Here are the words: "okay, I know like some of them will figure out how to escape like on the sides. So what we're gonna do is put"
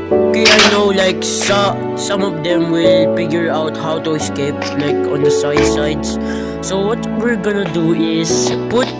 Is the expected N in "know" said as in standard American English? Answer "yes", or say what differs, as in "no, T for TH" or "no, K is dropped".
yes